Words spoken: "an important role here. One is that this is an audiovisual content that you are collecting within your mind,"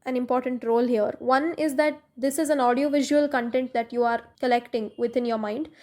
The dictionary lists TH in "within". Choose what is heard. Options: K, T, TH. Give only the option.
T